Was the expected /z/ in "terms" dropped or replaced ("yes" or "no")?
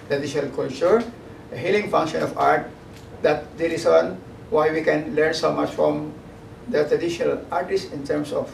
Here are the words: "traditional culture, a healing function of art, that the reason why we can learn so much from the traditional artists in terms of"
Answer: yes